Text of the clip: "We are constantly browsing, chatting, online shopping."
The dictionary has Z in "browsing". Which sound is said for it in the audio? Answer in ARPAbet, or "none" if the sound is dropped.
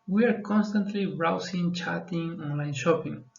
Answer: S